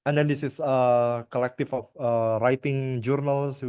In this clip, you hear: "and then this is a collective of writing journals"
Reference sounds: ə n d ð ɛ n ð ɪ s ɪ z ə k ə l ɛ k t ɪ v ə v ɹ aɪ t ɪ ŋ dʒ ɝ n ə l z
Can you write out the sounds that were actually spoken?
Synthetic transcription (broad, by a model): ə n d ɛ n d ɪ s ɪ s ə k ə l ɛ k t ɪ f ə f ɹ aɪ t ɪ ŋ dʒ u n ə l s